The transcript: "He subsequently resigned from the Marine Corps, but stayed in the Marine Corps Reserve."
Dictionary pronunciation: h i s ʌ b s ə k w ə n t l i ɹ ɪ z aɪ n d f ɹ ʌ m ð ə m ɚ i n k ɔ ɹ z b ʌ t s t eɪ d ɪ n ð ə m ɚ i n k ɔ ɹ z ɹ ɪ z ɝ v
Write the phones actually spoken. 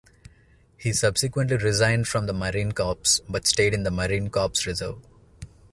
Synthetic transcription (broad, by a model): h i s ʌ b s ə k w ə n t l i ɹ ɪ z aɪ n d f ɹ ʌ m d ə m ɚ i n k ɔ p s b ʌ t s t eɪ d ɪ n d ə m ɚ i n k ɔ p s ɹ ɪ z ɝ v